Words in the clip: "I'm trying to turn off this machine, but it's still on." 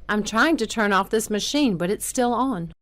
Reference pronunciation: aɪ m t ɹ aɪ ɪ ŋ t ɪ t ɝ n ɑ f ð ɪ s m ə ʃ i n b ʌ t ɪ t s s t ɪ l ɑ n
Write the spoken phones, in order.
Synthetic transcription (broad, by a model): aɪ m t ɹ aɪ ɪ ŋ t ɪ t ɝ n ɑ f ð ɪ s m ə ʃ i n b ʌ t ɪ t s s t ɪ l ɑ n